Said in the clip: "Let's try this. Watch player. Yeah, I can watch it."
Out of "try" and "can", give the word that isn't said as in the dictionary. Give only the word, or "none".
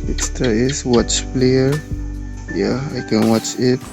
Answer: try